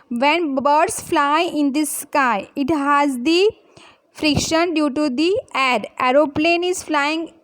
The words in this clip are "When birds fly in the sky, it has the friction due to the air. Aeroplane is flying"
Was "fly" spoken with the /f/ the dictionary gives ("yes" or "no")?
yes